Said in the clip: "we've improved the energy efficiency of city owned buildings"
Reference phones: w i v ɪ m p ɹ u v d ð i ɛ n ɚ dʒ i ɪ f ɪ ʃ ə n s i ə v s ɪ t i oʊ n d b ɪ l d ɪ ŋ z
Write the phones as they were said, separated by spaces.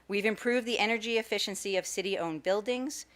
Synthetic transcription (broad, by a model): w i v ɪ m p ɹ u v d ð i ɛ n ɚ dʒ i ɪ f ɪ ʃ ə n s i ə v s ɪ t i oʊ n b ɪ l d ɪ ŋ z